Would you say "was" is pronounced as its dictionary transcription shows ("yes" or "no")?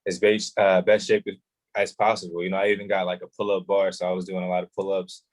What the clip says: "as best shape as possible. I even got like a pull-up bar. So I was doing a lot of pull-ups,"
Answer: yes